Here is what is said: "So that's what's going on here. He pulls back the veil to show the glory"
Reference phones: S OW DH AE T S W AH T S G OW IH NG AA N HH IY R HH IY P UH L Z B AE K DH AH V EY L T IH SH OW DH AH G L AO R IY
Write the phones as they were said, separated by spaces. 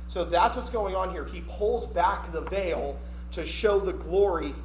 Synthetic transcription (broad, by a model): S OW DH AE T S W AH T S G OW IH NG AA N HH IY R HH IY P UH L Z B AE K DH AH V EY L T IH SH OW DH AH G L AO R IY